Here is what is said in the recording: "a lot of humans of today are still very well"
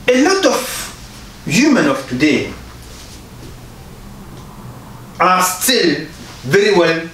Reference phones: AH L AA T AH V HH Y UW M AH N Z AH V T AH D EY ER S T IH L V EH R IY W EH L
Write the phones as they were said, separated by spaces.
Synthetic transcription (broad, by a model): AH L AA T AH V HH Y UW M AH N AH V T AH D EY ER S T IH L V EH R IY W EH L